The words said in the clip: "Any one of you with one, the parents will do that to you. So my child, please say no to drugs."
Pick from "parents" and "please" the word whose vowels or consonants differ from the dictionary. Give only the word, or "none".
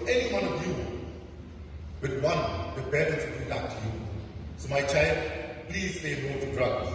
parents